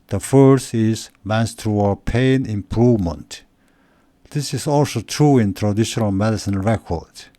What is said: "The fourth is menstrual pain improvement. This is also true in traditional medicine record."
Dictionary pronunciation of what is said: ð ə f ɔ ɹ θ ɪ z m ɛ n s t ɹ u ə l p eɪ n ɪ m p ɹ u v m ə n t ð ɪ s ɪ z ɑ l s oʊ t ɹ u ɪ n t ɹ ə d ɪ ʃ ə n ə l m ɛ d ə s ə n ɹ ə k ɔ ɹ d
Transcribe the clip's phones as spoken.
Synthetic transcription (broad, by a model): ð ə f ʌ ɹ t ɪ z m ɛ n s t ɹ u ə p eɪ n ɪ m p ɹ u v m ə n t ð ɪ s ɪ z ɑ l s oʊ t ɹ u ɪ n t ɹ ə d ɪ ʃ ə n ə l m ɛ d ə s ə n ɹ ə k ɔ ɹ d